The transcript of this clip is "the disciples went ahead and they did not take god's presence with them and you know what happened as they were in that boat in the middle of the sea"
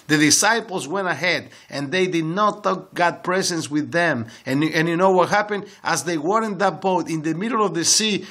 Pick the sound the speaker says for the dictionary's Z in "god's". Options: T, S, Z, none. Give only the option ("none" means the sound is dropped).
none